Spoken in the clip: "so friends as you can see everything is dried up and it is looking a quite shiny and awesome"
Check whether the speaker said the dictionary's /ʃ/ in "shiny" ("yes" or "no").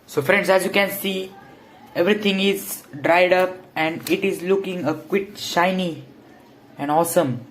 yes